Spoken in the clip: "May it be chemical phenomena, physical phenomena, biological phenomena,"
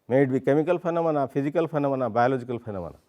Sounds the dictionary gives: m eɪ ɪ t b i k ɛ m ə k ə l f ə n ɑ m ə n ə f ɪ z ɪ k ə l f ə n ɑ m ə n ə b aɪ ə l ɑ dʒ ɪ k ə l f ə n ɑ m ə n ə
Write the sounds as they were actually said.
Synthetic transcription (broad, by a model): m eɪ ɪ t b i k ɛ m ə k ə l p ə n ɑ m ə n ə p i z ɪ k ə l p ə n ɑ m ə n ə b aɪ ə l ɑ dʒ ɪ k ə l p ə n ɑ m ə n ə